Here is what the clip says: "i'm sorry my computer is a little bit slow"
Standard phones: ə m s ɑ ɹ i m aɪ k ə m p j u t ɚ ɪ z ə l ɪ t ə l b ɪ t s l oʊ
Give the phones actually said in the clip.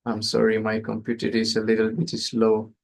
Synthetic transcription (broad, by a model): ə m s ɑ ɹ i m aɪ k ə m p j u t ɚ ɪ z ə l ɪ t ə l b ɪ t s l oʊ